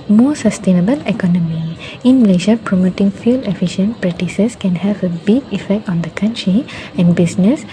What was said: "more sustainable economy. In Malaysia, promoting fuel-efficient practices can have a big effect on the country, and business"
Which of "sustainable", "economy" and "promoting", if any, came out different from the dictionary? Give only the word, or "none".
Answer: none